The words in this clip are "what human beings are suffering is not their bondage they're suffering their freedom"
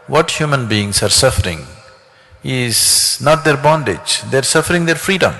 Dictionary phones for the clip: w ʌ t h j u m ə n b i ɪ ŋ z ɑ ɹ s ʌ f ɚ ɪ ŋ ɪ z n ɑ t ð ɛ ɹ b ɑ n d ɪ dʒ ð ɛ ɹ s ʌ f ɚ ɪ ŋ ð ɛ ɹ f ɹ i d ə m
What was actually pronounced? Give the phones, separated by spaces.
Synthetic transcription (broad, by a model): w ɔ t h j u m ə n b i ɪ ŋ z ɑ ɹ s ʌ f ɚ ɪ ŋ ɪ z n ɑ t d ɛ ɹ b ɑ n d ɪ dʒ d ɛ ɹ s ʌ f ɚ ɪ ŋ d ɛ ɹ f ɹ i d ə m